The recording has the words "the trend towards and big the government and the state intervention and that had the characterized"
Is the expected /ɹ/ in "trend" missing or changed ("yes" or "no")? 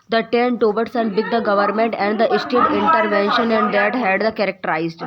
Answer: yes